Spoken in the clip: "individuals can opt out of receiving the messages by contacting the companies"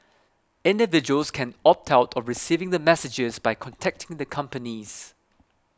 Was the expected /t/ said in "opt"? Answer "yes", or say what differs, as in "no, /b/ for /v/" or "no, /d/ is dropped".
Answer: yes